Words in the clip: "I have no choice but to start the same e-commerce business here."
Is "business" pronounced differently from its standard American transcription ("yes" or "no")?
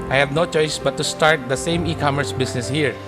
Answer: yes